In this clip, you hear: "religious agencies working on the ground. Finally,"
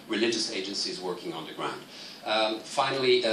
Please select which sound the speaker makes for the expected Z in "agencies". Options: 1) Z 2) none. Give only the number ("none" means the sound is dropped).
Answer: 1